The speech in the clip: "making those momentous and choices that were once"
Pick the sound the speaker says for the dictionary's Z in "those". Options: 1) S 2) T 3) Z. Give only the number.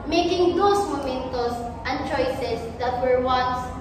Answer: 1